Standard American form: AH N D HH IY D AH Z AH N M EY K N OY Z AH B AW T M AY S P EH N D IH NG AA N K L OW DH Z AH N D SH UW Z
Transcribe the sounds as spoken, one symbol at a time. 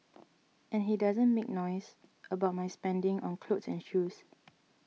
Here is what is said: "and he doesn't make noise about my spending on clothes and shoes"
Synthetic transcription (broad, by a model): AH N HH IY D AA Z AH N M EY K N OY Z AH B AW T M AY S P EH N D IH NG AA N K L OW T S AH N SH UW S